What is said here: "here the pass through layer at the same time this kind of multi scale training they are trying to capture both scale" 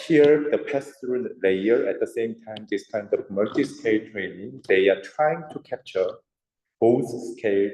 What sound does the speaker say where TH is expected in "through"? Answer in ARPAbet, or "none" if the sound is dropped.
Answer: T